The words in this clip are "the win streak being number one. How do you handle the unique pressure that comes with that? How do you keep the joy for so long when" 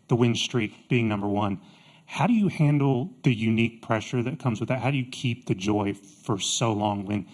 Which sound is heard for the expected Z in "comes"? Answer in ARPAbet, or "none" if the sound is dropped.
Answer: Z